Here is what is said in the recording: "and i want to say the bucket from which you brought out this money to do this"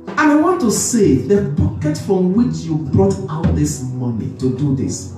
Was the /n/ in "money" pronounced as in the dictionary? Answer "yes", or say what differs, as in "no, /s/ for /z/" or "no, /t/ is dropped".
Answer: yes